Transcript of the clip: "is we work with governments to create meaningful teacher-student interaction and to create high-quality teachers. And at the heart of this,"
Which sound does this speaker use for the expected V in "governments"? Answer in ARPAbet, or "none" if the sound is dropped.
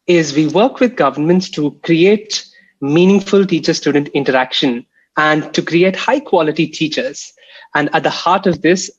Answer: V